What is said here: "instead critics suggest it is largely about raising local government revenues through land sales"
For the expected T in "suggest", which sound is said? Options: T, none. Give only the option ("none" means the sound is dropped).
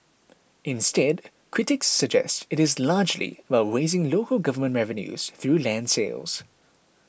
T